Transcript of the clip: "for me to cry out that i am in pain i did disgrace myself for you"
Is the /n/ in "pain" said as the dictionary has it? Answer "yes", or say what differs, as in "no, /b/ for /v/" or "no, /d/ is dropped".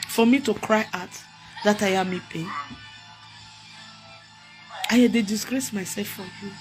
no, /n/ is dropped